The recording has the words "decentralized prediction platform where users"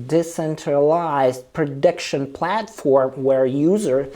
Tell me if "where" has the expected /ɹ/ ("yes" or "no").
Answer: yes